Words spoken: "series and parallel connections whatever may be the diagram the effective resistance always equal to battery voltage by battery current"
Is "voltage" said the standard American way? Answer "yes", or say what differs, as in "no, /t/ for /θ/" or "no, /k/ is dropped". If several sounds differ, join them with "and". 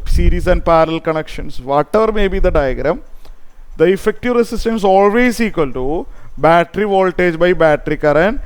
yes